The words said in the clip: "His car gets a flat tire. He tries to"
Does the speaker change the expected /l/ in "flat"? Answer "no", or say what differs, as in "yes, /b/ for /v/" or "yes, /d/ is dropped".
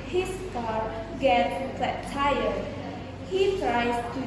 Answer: yes, /l/ is dropped